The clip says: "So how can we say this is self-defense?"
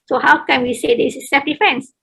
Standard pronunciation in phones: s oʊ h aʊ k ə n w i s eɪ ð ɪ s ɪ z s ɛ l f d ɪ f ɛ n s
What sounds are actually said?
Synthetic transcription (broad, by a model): s oʊ h aʊ k ə n w i s eɪ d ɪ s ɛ f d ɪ f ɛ n s